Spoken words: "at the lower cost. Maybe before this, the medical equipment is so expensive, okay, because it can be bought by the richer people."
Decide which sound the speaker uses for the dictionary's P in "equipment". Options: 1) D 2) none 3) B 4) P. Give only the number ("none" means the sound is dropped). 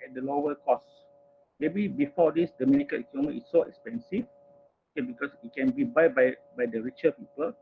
2